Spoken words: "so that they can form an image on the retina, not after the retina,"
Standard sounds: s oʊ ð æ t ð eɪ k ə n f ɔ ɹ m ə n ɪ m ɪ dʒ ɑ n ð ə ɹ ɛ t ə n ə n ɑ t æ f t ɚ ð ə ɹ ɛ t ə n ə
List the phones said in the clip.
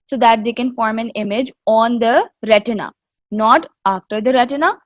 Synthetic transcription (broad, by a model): s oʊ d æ t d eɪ k ə n f ɔ ɹ m ə n ɪ m ɪ dʒ ɑ n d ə ɹ ɛ t ə n ə n ɑ t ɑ f t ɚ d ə ɹ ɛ t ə n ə